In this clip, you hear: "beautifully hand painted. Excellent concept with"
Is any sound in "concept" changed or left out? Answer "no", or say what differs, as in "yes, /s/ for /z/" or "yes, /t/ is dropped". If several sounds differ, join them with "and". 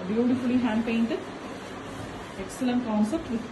no